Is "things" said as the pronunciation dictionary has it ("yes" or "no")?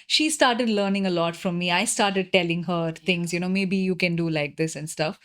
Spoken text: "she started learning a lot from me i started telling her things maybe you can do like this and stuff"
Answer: no